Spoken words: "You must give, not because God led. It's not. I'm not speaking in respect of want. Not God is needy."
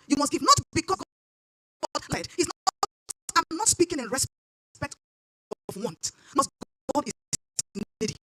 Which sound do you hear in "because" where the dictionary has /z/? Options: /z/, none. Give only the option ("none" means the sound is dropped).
none